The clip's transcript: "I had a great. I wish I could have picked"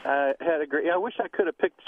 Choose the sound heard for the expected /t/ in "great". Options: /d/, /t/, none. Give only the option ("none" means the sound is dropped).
none